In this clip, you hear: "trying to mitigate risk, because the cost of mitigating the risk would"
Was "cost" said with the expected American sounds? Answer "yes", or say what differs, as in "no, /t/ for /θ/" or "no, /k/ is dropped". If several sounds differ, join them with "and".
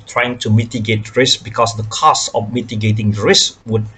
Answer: no, /t/ is dropped